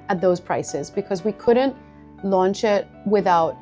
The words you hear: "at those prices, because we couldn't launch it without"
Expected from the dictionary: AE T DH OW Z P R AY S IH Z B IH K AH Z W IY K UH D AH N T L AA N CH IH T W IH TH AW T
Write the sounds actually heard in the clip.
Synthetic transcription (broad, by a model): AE T DH OW Z P R AY S IH Z B IH K AH Z W IY K UH D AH N T L AA N CH IH T W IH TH AW T